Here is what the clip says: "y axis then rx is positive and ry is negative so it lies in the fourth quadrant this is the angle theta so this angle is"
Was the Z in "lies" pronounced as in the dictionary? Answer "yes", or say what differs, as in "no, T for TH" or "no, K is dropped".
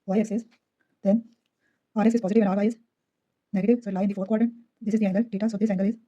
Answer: no, Z is dropped